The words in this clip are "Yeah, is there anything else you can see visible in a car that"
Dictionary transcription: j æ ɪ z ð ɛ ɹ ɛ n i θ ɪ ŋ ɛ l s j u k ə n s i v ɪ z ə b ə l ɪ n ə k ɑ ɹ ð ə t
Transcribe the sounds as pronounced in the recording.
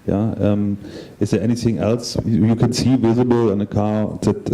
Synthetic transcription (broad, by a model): j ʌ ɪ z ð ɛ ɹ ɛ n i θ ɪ ŋ ɛ l s j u k ə n s i v ɪ z ə b ə l ɪ n ə k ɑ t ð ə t